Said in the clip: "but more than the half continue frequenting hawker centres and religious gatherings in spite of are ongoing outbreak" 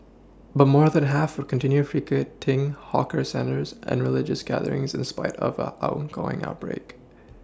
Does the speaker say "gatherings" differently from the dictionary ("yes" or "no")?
no